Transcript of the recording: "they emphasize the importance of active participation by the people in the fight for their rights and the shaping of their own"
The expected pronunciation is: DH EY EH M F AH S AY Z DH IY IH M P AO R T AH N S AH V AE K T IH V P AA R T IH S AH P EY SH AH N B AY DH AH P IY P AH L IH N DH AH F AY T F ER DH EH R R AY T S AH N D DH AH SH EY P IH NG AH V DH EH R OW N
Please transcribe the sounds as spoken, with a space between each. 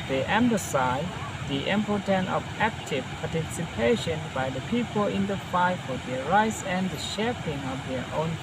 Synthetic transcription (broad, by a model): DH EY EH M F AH S AY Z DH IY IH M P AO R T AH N AH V AE K T IH V P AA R T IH S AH P EY SH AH N B AY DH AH P IY P AH L IH N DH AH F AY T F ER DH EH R R AY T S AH N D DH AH SH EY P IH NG AH V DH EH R OW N